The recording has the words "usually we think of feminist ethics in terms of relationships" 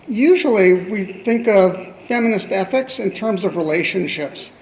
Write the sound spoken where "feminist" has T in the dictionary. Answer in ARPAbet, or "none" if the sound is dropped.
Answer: T